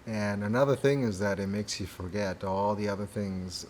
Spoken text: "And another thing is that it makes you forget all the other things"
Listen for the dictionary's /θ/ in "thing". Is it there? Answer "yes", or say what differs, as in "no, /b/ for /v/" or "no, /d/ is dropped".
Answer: yes